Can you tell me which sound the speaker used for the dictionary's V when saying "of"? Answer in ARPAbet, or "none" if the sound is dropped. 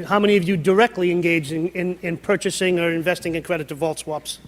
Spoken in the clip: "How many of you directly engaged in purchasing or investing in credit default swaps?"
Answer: V